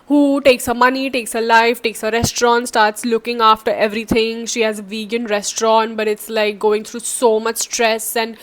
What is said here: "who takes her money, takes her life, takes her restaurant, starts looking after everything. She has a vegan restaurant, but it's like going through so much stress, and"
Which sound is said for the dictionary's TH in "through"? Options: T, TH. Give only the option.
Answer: T